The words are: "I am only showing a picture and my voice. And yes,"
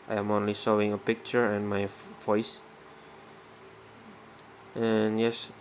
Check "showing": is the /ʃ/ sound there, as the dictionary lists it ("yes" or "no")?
no